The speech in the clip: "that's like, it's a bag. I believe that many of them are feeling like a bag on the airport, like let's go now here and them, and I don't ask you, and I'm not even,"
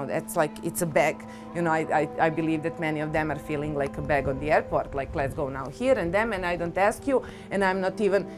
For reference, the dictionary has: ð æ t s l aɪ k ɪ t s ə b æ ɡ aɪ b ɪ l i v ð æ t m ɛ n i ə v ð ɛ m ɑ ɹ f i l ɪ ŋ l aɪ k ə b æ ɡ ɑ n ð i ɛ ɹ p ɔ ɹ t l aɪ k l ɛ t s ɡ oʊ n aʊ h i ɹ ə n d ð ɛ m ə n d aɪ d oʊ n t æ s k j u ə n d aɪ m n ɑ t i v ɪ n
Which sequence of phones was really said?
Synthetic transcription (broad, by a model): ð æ t s l aɪ k ɪ t s ə b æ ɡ aɪ b ɪ l i v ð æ t m ɛ n i ə v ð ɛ m ɑ ɹ f i l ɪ ŋ l aɪ k ə b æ ɡ ɑ n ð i ɛ ɹ p ɔ ɹ t l aɪ k l ɛ t s ɡ oʊ n aʊ h i ɹ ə n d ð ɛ m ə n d aɪ d oʊ n t æ s k j u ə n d aɪ m n ɑ t i v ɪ n